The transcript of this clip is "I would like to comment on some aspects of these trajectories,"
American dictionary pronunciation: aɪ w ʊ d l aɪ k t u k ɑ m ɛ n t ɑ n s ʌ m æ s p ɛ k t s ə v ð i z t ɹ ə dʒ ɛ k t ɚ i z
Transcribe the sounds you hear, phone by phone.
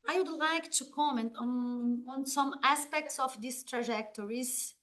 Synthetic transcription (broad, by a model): aɪ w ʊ d l aɪ k t u k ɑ m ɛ n t ɑ n s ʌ m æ s p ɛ k t s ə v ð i s t ɹ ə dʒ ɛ k t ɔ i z